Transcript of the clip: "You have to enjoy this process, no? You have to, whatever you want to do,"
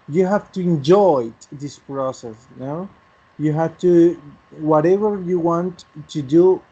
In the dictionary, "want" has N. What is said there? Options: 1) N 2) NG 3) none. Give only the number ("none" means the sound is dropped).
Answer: 1